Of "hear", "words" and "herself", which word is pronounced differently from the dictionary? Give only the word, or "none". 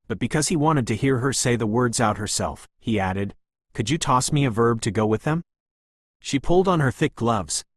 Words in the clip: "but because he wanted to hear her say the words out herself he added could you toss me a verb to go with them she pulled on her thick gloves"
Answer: none